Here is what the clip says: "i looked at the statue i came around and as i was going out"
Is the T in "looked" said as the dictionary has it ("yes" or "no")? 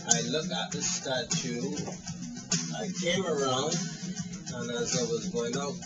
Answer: no